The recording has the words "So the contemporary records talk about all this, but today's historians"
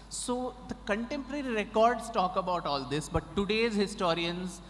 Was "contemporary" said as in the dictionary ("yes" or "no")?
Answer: yes